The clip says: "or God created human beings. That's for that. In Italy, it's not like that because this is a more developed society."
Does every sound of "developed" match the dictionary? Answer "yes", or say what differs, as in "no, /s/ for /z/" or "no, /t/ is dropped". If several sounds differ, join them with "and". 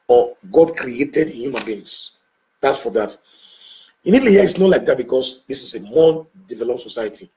yes